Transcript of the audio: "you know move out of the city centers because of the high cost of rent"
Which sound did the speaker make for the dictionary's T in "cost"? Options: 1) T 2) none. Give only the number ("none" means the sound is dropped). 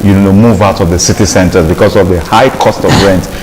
1